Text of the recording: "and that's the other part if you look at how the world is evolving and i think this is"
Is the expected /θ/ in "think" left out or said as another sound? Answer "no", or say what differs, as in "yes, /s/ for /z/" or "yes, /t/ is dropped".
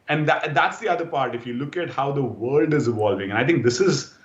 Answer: yes, /t/ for /θ/